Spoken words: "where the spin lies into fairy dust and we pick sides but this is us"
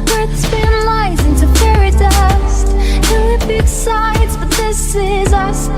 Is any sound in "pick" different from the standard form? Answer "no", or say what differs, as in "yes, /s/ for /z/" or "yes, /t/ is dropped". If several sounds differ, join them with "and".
yes, /b/ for /p/